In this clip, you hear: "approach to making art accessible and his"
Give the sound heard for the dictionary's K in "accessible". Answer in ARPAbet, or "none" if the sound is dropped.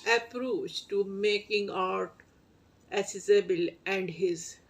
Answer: none